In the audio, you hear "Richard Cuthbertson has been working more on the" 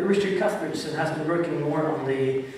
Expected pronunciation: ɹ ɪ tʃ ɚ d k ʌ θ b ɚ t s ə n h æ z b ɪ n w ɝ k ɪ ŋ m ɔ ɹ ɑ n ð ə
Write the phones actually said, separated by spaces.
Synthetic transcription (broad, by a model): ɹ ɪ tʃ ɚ k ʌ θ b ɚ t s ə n h æ z b ɪ n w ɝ k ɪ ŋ m ɔ ɹ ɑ n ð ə